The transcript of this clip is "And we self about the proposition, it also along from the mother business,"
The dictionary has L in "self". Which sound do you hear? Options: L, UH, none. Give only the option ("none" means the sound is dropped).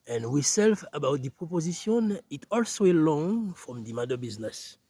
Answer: L